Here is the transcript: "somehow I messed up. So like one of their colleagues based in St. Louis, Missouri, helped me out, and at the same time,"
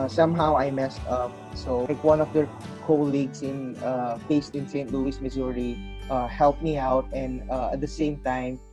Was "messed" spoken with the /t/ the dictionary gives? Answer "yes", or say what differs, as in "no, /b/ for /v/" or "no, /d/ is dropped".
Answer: yes